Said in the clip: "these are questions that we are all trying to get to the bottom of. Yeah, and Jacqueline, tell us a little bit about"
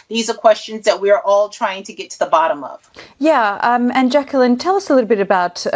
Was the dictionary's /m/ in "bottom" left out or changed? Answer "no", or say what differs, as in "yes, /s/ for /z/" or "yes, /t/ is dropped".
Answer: no